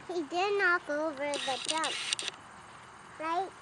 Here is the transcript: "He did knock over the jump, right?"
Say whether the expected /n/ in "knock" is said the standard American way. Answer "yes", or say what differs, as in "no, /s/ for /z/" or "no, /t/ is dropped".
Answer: yes